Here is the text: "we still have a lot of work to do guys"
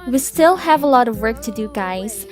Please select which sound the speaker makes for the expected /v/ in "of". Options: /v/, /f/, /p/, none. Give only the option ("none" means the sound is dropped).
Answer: /v/